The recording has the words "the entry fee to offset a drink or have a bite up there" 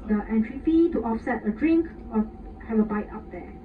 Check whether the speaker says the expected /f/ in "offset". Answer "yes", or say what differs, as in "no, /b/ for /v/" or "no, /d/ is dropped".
yes